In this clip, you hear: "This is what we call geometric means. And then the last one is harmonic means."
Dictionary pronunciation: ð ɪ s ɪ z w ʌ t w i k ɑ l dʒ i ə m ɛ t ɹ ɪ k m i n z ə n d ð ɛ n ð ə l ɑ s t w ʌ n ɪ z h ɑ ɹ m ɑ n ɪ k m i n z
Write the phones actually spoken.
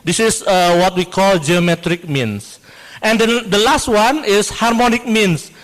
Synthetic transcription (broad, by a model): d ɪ s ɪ s w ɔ t w i k ɑ l dʒ i ə m ɛ t ɹ ɪ k m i n s ə n d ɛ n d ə l ɑ s t w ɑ n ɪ s h ɑ ɹ m ɑ n ɪ k m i n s